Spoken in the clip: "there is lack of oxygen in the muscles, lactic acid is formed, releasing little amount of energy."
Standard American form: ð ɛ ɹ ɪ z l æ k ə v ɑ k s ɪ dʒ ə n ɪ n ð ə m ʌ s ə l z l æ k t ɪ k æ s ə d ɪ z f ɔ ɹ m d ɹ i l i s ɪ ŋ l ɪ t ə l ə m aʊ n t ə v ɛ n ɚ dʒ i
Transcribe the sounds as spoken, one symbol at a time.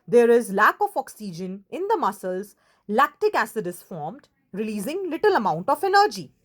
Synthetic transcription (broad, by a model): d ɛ ɹ ɪ z l æ k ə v ɑ k s ɪ dʒ ə n ɪ n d ə m ʌ s ə l z l æ k t ɪ k æ s ə d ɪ s f ɔ ɹ m d ɹ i l i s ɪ ŋ l ɪ t ə l ə m aʊ n t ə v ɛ n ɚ dʒ i